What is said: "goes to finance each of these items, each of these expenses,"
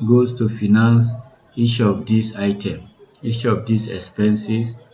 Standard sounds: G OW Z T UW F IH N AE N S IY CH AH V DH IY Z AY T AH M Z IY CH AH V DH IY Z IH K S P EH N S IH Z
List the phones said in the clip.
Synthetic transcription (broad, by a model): G OW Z T UW F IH N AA N S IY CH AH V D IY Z AY T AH M IY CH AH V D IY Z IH K S P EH N S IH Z